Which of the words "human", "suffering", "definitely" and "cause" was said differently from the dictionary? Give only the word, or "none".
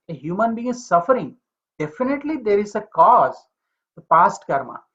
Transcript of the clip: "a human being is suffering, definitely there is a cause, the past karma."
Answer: none